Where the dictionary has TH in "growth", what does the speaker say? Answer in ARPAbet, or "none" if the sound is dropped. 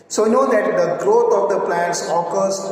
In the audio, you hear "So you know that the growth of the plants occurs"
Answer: T